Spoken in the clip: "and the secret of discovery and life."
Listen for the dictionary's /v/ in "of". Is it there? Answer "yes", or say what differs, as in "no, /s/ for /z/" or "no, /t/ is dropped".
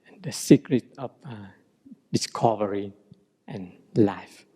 no, /f/ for /v/